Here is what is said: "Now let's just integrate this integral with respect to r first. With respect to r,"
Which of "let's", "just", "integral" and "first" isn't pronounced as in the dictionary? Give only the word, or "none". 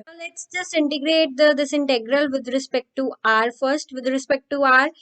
none